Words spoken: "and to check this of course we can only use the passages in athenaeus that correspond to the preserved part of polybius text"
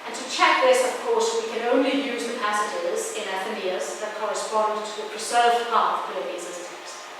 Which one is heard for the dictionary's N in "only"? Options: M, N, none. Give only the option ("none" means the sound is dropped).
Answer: N